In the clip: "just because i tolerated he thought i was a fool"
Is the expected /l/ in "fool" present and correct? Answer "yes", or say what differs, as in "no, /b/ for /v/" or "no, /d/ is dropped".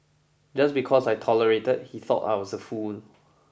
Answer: no, /n/ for /l/